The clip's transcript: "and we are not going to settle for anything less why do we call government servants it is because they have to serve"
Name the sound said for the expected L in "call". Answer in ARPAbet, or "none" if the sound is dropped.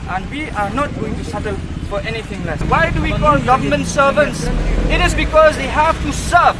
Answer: N